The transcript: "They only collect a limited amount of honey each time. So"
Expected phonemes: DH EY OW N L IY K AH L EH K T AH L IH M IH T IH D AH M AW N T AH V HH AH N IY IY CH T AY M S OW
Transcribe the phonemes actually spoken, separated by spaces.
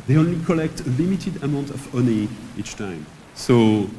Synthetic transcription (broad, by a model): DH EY OW N L IY K AH L EH K T AH L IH M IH T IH D AH M AW N T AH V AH N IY IY CH T AY M S OW